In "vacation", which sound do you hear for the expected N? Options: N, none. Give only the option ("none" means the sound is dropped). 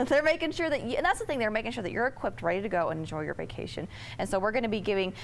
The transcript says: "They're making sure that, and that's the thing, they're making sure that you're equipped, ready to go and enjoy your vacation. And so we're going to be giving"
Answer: N